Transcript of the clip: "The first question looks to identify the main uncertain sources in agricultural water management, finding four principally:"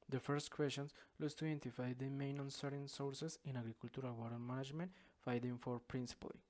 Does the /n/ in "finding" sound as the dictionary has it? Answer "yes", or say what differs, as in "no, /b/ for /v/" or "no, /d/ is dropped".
no, /n/ is dropped